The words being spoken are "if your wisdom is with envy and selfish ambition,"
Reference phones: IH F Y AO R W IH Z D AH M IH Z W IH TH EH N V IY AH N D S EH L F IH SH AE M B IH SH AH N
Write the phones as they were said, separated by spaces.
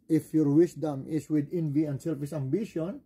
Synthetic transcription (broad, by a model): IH F Y AO R W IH S D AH M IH S W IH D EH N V IY AH N D S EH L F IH S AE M B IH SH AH N